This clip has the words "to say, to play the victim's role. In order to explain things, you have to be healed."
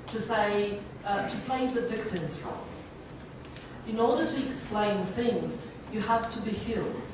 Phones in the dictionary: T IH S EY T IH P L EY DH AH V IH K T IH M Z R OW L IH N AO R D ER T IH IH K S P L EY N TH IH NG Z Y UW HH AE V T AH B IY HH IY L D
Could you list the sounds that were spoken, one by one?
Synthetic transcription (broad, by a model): T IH S EY T IH P L EY DH AH V IH K T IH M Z R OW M IH N AO R D ER T IH IH K S P L EY N TH IH NG Z Y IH HH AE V T AH B IY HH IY L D